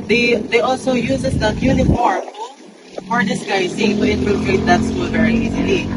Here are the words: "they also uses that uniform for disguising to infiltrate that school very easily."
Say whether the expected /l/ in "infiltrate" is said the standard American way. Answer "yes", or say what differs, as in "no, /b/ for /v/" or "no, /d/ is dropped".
no, /l/ is dropped